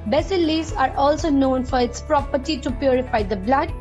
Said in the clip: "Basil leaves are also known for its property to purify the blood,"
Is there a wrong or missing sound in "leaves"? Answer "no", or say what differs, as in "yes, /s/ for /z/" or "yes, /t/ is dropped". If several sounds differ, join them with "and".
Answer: yes, /v/ is dropped